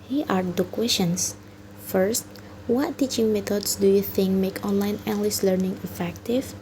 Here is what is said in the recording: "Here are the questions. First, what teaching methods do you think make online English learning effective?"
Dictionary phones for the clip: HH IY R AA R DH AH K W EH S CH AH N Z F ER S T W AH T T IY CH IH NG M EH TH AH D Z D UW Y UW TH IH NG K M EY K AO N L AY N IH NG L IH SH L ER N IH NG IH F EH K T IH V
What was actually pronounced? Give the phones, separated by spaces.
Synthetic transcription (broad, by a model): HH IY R AA R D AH K W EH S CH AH N S F ER S T W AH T T IY CH IH NG M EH T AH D S D UW Y UW TH IH NG K M EY K AO N L AY N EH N L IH S L ER N IH NG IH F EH K T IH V